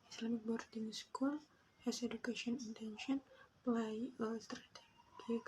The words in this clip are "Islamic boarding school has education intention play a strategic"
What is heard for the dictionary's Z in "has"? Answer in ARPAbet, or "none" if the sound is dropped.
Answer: S